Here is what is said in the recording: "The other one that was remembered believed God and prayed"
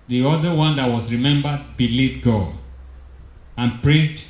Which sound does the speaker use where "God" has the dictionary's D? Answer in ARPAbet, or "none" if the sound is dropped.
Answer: none